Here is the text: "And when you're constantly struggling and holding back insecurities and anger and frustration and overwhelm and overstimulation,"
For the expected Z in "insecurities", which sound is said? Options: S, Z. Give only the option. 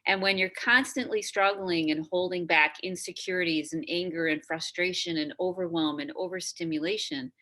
Z